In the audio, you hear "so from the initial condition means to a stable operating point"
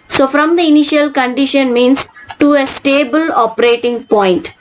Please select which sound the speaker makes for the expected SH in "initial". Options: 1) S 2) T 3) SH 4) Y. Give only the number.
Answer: 3